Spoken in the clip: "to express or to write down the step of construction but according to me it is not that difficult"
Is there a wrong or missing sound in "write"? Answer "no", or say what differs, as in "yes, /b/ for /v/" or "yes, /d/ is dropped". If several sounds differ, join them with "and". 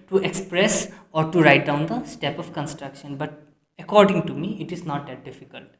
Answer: no